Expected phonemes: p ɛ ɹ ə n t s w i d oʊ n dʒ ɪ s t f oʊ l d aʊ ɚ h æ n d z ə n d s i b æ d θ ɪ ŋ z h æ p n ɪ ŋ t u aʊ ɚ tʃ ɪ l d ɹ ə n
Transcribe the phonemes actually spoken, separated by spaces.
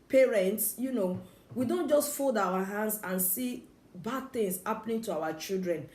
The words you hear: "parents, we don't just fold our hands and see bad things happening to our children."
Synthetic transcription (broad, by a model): p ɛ ɹ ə n t s w i d oʊ n dʒ ɪ s t f oʊ l d aʊ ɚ h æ n d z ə n s i b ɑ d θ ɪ ŋ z h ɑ p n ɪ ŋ t u aʊ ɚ tʃ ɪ l d ɹ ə n